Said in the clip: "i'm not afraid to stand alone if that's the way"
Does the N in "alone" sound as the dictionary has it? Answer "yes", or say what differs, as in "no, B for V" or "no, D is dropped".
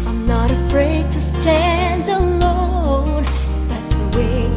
no, N is dropped